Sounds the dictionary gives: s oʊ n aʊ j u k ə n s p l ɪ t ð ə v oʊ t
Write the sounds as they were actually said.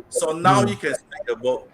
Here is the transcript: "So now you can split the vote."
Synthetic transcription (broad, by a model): s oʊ n aʊ j u k ə n s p ɪ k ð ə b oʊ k